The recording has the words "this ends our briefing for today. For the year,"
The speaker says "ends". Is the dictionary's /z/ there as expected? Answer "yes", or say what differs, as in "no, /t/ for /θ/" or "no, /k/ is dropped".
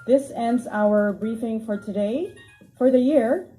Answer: yes